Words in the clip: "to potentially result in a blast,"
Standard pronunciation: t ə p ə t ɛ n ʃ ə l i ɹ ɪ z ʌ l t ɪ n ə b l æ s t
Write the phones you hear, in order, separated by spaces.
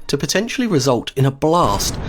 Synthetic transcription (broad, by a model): t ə p ə t ɛ n ʃ ə l i ɹ ɪ z ʌ l t ɪ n ə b l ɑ s t